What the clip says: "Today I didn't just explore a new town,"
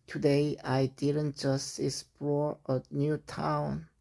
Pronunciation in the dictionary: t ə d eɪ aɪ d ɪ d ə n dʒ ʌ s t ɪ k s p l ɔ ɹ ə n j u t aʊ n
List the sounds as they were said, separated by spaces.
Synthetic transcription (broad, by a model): t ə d eɪ aɪ d ɪ d ə n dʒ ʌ s t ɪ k s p ɔ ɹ ə n j u t aʊ n